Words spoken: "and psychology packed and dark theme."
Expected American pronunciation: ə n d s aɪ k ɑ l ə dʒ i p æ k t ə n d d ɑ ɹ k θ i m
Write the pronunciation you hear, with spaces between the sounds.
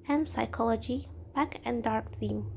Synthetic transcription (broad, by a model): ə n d s aɪ k ɑ l ə dʒ i b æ k ə n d d ɑ ɹ k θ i m